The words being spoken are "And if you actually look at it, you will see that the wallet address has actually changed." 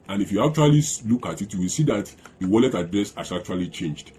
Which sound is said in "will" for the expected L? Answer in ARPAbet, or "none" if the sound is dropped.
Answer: L